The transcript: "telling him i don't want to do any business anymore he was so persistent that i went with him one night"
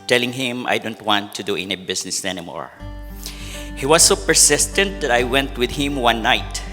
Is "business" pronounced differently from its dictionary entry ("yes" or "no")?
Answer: yes